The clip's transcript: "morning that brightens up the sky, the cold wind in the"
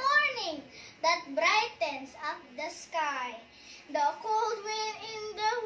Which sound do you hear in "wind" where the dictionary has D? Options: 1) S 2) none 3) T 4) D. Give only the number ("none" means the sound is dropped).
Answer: 2